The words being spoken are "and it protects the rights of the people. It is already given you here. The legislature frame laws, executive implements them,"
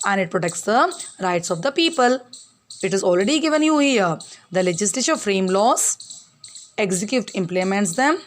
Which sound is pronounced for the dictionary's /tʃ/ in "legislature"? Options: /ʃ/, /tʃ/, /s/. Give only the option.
/ʃ/